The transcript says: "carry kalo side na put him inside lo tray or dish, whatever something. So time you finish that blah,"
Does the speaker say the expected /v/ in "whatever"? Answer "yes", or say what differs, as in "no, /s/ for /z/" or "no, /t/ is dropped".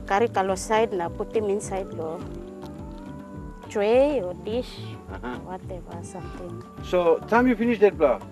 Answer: no, /b/ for /v/